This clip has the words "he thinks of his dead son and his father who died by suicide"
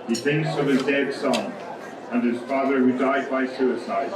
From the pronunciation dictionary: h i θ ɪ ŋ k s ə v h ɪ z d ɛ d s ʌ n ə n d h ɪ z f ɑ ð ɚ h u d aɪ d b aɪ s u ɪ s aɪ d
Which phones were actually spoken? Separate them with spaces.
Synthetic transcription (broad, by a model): h i θ ɪ ŋ k s ə v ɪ z d ɛ d s ʌ n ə n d ɪ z f ɑ ð ɚ h u d aɪ d b aɪ s u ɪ s aɪ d